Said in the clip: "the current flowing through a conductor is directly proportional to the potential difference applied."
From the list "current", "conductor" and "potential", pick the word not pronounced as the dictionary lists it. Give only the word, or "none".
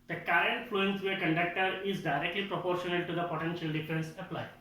none